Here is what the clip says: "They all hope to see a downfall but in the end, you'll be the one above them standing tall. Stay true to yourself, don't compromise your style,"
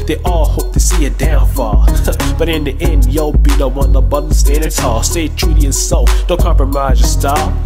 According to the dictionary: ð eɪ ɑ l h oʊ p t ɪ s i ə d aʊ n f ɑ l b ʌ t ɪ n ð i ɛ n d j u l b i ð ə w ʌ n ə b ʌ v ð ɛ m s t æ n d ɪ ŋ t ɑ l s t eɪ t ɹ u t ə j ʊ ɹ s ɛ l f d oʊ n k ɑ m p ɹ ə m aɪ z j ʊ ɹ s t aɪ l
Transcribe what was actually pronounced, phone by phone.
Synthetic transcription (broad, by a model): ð eɪ ɑ l h oʊ p t ɪ s i ə d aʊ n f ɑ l b ʌ t ɪ n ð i ɛ n d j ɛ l b i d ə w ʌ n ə b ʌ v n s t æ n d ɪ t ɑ s t eɪ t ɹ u t ə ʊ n s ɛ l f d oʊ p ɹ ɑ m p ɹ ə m aɪ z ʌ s t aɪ